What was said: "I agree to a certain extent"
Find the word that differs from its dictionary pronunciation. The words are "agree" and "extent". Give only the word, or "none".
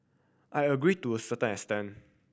extent